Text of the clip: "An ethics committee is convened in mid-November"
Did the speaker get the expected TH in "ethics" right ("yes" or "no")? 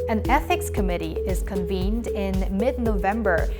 yes